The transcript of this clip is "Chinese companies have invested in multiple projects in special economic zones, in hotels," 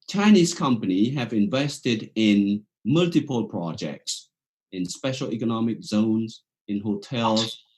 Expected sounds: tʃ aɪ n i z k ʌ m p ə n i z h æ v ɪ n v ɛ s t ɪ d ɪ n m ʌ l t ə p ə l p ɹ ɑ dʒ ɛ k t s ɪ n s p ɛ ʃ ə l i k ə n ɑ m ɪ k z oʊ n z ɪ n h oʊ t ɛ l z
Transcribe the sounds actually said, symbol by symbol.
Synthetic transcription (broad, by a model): tʃ aɪ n i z k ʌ m p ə n i h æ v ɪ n v ɛ s t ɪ d ɪ n m ʌ l t ə p ə l p ɹ ɑ dʒ ɛ k t s ɪ n s p ɛ ʃ ə l i k ə n ɑ m ɪ k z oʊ n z ɪ n h oʊ t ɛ l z